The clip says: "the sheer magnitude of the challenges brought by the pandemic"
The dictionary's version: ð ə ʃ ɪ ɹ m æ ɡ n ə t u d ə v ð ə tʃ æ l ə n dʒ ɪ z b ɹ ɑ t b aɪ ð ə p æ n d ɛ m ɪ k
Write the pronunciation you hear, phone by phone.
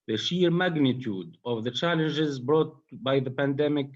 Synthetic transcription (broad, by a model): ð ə ʃ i ɹ m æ ɡ n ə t u d ə v ð ə tʃ æ l ə n dʒ ɪ z b ɹ ɑ t b aɪ ð ə p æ n d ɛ m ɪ k